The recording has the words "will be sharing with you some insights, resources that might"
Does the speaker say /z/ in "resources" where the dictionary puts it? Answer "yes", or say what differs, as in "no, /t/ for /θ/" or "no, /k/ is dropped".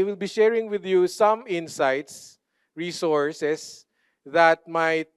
no, /s/ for /z/